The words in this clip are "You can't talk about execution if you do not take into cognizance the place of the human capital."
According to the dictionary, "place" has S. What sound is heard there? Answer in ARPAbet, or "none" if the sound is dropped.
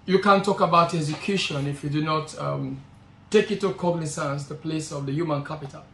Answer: S